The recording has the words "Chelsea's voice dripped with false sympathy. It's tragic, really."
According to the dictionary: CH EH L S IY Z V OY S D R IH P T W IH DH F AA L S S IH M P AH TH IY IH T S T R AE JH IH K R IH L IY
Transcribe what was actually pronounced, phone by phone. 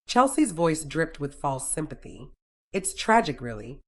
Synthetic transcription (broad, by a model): CH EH L S IY Z V OY S D R IH P T W IH DH F AA L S S IH M P AH TH IY IH T S T R AE JH IH K R IH L IY